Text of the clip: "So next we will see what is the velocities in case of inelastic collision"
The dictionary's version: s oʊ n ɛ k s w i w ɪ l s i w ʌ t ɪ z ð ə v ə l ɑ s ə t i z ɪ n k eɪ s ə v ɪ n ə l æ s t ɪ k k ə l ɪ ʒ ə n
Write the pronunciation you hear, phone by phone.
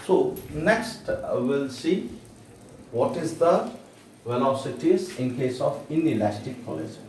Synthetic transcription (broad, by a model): s oʊ n ɛ k s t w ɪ l s i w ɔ t ɪ z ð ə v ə l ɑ s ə t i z ɪ n k eɪ s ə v ɪ n ə l æ s t ɪ k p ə l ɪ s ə